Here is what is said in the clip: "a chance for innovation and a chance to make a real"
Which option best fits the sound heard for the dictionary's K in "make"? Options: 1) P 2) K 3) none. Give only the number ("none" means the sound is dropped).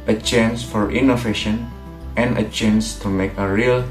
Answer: 2